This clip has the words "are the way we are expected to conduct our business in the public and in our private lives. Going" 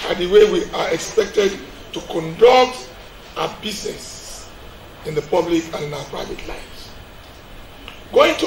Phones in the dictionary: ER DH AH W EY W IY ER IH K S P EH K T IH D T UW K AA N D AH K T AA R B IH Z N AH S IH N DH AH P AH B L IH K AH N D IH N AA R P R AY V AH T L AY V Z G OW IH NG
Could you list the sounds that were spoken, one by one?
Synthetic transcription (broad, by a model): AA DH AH W EY W IY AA IH K S P EH K T IH D T UW K AA N D AH K T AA B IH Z N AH S IH N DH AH P AH B L IH K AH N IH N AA P R AY V AH T L AY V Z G OW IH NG